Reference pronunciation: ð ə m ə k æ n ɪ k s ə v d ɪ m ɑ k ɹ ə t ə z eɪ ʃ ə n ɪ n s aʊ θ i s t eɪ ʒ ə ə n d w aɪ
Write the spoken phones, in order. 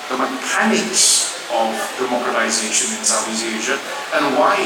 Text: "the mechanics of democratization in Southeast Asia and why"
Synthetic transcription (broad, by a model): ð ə m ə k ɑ n ɪ k s ə v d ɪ m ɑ k ɹ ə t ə z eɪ ʃ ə n ɪ n s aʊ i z eɪ ʒ ə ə n w aɪ